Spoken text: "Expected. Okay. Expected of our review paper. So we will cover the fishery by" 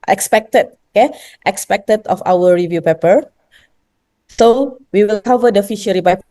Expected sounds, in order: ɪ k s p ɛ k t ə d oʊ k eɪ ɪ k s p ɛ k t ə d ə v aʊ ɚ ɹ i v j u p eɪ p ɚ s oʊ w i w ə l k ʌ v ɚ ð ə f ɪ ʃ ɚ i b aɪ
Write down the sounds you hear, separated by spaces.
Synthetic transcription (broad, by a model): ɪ k s p ɛ k t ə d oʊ k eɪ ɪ k s p ɛ k t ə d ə f aʊ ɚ ɹ i v j u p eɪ p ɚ s oʊ w i w ə l k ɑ v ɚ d ə f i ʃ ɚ i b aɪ